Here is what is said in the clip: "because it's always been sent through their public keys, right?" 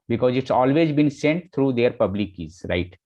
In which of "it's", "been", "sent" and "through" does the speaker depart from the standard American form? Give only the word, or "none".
through